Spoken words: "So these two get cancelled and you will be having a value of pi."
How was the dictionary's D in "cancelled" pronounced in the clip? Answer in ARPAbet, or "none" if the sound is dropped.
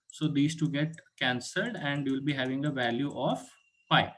D